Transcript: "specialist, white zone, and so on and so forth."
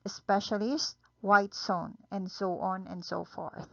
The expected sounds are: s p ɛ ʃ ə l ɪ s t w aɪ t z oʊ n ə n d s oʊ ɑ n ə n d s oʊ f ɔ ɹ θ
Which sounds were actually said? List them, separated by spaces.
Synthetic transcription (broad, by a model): s p ɛ ʃ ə l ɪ s t w aɪ t s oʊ n ə n d s oʊ ɑ n ə n d s oʊ f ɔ ɹ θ